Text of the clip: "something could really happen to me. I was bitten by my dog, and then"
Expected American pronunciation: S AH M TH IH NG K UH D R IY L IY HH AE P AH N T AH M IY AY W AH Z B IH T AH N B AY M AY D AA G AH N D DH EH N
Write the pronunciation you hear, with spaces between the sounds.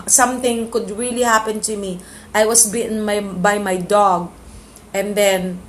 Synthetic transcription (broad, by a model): S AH M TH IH NG K UH D R IY L IY HH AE P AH N T AH M IY AY W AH S B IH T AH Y B AY M AY D AA G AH N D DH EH N